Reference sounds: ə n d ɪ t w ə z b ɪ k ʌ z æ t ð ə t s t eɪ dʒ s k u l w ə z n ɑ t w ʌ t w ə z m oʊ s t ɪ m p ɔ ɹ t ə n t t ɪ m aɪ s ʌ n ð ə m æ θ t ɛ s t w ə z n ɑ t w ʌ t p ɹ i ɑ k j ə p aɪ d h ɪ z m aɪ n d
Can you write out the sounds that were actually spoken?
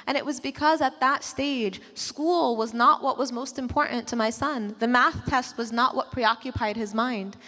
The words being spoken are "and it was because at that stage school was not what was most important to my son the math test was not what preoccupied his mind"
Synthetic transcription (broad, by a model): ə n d ɪ t w ə z b ɪ k ʌ z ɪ t ð ə t s t eɪ dʒ s k u l w ə z n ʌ t w ʌ t w ə z m oʊ s t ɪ m p ɔ ɹ t n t t ɪ m aɪ s ʌ n ð ə m æ θ t ɛ s t w ə z n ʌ t w ʌ t p ɹ i ɑ k j ə p aɪ d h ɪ z m aɪ n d